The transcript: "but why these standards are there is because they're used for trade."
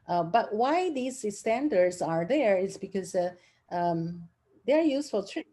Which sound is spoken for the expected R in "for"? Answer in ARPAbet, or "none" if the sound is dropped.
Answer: L